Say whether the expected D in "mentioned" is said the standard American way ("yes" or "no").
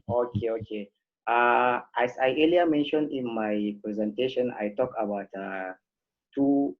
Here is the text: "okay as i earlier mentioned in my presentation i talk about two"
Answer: yes